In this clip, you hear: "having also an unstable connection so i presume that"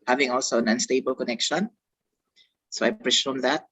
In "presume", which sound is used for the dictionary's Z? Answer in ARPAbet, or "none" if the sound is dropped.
S